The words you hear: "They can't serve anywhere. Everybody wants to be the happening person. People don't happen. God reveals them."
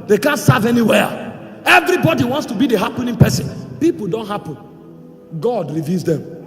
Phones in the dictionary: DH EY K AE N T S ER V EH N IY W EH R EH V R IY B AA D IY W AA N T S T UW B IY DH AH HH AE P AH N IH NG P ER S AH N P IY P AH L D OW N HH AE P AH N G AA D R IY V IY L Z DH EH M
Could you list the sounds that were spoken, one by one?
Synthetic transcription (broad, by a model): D EY K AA N T S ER V EH N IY W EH EH V R IY B AA D IY W AA N T S T UW B IY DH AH HH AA P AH N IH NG P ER S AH N P IY P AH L D OW N HH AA P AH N G AA D R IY V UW Z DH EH M